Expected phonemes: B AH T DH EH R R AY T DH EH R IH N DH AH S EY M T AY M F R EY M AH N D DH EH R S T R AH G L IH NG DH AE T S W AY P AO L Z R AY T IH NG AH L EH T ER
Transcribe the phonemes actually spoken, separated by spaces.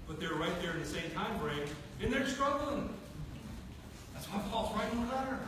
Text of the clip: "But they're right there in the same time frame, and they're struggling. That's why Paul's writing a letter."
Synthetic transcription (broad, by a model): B AH T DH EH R R AY T DH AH R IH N DH AH S EY M T AY M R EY AH N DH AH R S T R AH G L IH NG DH AE T S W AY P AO L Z R AY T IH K AH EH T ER